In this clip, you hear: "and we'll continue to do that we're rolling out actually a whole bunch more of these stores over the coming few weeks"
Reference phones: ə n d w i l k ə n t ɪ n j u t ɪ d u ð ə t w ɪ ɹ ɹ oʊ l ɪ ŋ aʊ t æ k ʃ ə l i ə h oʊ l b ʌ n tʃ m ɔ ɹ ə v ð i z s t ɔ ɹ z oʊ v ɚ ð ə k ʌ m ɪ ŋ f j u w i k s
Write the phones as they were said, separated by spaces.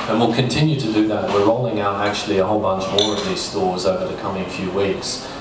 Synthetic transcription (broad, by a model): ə n w i l k ə n t ɪ n j u t ɪ d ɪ ð ə t w ɪ ɹ ɹ oʊ l ɪ ŋ aʊ t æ k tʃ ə l i ə h oʊ l b ʌ n tʃ m ɔ ɹ ə v ð i z s t ɔ ɹ z oʊ v ɚ ð ə k ʌ m ɪ ŋ f j u w i k s